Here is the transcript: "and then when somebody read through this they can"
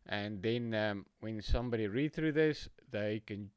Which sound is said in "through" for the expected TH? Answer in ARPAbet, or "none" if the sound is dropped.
TH